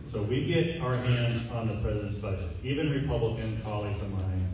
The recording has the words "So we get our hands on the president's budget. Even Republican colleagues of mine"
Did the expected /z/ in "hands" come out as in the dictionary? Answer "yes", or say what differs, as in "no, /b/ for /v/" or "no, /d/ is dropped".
yes